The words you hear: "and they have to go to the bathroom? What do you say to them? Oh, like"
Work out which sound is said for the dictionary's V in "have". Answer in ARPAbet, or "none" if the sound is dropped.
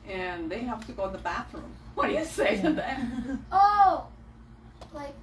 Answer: P